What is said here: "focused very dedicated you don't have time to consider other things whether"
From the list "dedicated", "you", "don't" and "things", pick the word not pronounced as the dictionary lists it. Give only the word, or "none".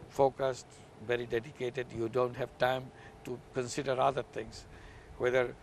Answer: things